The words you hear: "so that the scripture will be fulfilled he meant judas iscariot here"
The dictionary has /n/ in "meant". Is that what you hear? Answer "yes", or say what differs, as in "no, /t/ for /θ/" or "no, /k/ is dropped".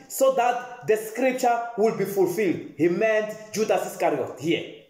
yes